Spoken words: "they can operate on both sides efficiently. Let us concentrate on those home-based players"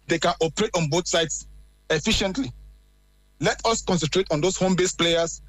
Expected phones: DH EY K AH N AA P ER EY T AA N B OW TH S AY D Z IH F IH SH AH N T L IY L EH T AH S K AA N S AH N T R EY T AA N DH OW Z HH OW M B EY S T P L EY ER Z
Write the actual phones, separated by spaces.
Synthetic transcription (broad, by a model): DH EY K AH N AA P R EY T AA N B OW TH S AY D S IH F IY SH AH N T L IY L EH T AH S K AA N S AH N T R EY T AA N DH OW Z HH OW M B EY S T P L EY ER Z